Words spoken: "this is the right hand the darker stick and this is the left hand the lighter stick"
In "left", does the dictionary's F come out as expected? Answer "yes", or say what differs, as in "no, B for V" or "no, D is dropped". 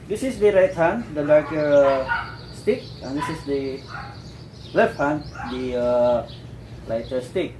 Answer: yes